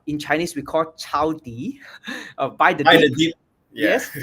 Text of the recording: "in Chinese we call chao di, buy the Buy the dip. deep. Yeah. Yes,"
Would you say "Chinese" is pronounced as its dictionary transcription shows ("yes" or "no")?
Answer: no